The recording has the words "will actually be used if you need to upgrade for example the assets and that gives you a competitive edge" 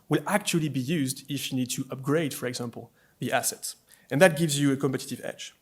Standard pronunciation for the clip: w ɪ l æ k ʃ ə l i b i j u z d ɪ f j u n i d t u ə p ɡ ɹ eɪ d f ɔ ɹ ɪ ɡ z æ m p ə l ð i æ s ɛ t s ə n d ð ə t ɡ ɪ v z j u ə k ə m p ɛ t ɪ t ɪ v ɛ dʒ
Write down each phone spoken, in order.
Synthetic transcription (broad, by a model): w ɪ l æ k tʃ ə l i b i j u z d ɪ f j u n i d t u ə p ɡ ɹ eɪ d f ɔ ɹ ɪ ɡ z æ m p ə l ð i æ s ɛ t s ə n ð ə t ɡ ɪ v z j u ə k ə m p ɛ t ɪ t ɪ v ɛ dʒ